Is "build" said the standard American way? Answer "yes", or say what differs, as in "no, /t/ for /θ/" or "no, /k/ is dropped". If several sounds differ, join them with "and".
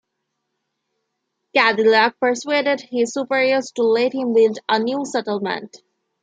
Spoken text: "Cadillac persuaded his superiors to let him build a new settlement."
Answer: no, /l/ is dropped